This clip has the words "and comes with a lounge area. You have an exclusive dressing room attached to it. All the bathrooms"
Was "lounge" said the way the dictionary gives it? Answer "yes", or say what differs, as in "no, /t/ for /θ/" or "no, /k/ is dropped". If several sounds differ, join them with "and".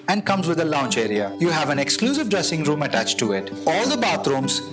no, /tʃ/ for /dʒ/